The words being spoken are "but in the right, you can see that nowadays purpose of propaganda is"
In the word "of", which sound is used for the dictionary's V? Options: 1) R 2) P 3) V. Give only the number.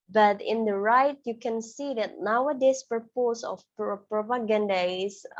2